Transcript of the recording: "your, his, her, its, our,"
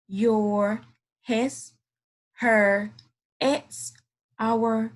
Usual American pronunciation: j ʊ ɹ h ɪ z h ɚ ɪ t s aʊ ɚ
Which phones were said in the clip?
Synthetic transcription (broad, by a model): j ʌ ɹ h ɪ s h ɚ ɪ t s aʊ ɚ